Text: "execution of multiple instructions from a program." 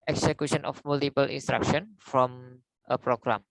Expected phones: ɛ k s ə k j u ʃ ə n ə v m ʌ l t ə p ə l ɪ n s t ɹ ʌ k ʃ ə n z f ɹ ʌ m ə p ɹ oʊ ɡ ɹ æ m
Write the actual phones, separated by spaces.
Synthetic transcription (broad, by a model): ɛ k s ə k j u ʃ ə n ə f m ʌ l t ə p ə l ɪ n s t ɹ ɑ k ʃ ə n f ɹ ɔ m ə p ɹ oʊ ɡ ɹ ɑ m